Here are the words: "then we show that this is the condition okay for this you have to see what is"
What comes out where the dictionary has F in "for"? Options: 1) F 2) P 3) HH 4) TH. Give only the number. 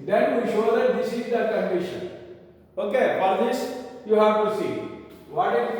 2